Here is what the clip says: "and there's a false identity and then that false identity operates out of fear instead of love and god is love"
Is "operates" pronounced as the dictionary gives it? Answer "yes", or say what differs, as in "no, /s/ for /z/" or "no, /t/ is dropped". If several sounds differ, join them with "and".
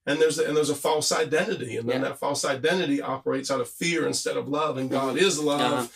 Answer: yes